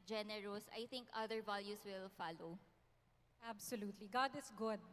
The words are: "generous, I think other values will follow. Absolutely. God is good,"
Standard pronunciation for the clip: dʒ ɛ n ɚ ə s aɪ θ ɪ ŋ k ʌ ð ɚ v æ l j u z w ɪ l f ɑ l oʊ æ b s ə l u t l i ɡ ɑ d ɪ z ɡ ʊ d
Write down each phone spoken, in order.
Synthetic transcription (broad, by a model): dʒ ɛ n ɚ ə s aɪ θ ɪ ŋ k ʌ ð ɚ v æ l j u s w ɪ l f ɑ l oʊ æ b s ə l u t l i ɡ ɑ d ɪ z ɡ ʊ d